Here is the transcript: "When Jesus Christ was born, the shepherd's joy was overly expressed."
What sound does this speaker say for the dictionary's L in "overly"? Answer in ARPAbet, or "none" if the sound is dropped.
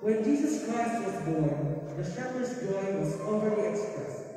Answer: none